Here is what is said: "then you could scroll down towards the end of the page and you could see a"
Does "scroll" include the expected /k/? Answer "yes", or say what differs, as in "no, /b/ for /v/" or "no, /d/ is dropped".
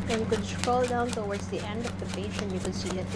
no, /k/ is dropped